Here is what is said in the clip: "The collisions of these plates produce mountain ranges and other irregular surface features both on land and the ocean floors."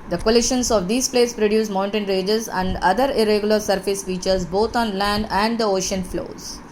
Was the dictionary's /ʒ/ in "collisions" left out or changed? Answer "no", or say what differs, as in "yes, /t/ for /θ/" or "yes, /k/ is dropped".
yes, /ʃ/ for /ʒ/